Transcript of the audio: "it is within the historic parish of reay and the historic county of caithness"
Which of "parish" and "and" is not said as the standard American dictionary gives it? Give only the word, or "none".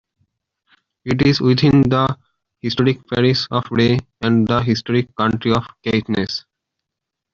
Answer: parish